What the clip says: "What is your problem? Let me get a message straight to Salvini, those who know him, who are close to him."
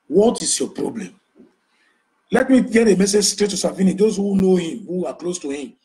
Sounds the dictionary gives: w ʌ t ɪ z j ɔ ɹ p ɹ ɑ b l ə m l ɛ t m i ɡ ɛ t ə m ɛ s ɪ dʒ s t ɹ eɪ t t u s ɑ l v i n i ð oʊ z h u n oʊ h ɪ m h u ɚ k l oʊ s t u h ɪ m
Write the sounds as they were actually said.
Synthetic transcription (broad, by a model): w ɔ t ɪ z j ɔ p ɹ ɑ b l ə m l ɛ t m i ɡ ɛ t ə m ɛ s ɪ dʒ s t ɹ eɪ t t u s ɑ v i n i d oʊ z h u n oʊ h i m h u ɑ k l oʊ s t u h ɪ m